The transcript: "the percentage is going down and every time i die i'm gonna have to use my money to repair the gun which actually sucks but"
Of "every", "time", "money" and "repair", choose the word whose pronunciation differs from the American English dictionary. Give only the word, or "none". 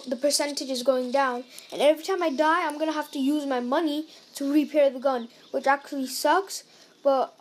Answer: none